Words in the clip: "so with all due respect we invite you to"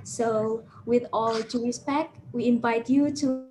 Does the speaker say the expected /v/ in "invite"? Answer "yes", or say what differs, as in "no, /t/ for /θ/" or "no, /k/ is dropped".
yes